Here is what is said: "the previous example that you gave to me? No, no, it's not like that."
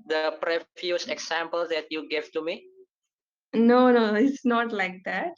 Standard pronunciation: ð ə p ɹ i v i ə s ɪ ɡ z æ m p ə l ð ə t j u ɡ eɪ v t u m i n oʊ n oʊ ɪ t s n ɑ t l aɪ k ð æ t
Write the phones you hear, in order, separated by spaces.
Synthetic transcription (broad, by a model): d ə p ɹ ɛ f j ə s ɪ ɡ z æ m p ə l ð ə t j u ɡ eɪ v t u m i n oʊ n oʊ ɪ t s n ɑ t l aɪ k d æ t